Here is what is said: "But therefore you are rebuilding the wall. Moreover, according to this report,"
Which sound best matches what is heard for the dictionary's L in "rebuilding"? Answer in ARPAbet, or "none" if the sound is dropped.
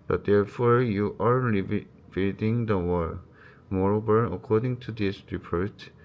none